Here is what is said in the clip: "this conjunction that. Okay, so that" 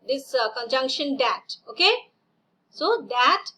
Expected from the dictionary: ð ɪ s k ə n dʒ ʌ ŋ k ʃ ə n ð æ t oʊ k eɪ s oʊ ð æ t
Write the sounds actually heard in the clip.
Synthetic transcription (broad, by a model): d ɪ s k ə n dʒ ʌ ŋ k ʃ ə n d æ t oʊ k eɪ s oʊ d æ t